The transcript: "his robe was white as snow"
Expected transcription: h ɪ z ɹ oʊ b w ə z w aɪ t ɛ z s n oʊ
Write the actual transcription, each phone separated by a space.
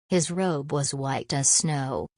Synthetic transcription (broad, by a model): h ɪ z ɹ oʊ b w ə z w aɪ t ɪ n s n oʊ